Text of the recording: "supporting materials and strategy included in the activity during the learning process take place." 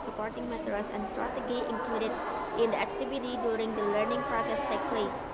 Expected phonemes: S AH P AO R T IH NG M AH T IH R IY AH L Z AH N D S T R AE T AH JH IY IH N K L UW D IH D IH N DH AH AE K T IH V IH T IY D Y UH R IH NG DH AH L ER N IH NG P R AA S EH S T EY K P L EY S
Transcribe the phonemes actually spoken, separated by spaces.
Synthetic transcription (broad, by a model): S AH P AO R T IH NG M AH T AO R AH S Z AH N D S T R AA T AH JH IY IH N K L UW D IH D IH N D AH AE K T IH V IH T IY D Y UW R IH NG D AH L ER N IH NG P R AA S EH S T EY K P L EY S